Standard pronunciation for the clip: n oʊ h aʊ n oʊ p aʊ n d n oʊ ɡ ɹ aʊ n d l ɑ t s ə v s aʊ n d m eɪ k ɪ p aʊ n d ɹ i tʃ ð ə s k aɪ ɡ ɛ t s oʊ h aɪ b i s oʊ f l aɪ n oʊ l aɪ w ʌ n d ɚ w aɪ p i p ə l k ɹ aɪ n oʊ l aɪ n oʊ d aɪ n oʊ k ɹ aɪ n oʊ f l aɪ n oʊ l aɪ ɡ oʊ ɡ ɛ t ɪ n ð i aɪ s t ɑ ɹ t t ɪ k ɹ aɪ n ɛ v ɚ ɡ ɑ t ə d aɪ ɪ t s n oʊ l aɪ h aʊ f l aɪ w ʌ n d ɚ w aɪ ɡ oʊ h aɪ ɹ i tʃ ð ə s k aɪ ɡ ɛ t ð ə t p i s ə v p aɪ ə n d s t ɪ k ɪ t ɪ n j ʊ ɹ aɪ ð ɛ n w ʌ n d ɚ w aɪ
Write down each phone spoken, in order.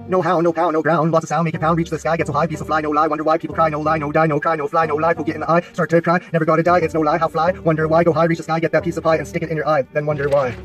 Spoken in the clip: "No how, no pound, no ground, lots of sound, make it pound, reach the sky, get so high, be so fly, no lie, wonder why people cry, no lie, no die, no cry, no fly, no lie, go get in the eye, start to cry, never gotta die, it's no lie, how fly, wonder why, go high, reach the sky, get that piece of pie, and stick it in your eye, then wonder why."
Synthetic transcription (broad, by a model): n oʊ h aʊ n oʊ p aʊ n n oʊ ɡ ɹ aʊ n d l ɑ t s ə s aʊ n m eɪ k ɪ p aʊ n ɹ i tʃ ð ə s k aɪ ɡ ɛ t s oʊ h aɪ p i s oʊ f l aɪ n oʊ l aɪ w ʌ n d ɚ w aɪ p i p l k ɹ aɪ n oʊ l aɪ n oʊ d aɪ n oʊ k ɹ aɪ n oʊ f l aɪ n oʊ l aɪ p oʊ ɡ ɛ t ɪ n ð i aɪ s t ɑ ɹ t t ɪ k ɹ aɪ n ɛ v ɚ ɡ ɑ t ə d aɪ ɪ t s n oʊ l aɪ h aʊ f l aɪ w ʌ n d ɚ w aɪ ɡ oʊ h aɪ ɹ i tʃ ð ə s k aɪ ɡ ɛ t ð ə t p i s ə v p aɪ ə n s t ɪ k ɪ t ɪ n j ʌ ɹ aɪ ð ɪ n w ʌ n d ɚ w aɪ